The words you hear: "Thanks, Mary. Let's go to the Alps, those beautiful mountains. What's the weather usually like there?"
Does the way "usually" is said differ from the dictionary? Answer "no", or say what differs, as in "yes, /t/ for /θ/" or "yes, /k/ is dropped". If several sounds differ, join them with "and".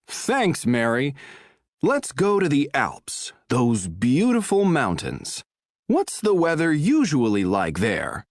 no